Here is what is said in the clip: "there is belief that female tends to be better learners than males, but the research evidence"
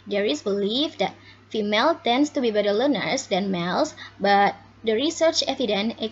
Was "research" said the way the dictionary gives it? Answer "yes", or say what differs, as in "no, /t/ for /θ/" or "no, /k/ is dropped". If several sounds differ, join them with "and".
yes